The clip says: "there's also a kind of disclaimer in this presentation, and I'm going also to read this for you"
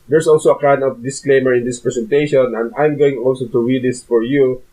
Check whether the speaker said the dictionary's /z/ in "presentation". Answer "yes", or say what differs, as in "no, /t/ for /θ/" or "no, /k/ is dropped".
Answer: no, /s/ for /z/